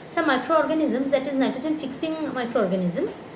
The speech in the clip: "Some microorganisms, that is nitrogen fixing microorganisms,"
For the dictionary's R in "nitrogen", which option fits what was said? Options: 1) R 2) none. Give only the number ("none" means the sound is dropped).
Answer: 2